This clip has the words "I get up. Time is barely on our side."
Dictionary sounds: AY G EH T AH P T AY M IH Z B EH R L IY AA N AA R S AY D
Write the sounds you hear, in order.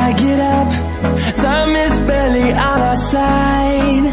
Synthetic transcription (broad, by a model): AY G EH T AH P S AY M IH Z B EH L IY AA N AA S AY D